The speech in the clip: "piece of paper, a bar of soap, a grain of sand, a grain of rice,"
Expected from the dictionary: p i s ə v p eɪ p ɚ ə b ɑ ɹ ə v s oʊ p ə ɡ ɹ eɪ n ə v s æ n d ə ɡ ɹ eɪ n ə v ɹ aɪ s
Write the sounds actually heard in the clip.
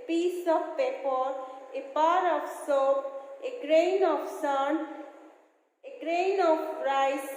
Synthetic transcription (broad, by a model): p i s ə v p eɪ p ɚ ə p ɑ ɹ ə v s oʊ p ə ɡ ɹ eɪ n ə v s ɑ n ə ɡ ɹ eɪ n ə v ɹ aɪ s